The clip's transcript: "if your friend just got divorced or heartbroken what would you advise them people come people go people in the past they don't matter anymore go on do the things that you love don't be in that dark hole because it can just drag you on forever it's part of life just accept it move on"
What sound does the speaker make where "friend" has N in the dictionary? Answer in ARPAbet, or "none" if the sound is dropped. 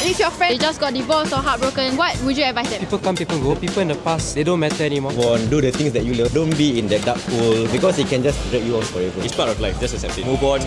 none